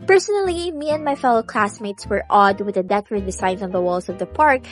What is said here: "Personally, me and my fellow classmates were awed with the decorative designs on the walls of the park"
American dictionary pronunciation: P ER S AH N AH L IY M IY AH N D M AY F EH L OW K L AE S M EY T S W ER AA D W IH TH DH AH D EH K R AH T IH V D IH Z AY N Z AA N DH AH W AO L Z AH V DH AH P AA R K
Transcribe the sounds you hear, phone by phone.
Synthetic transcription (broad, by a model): P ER S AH N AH L IY M IY AH N D M AY F EH L OW K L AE S M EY T S W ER AA D W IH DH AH D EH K AH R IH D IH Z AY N AA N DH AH W AO L S AH V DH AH P AA R K